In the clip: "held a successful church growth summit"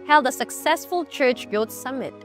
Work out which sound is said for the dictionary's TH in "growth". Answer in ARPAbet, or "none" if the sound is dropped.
S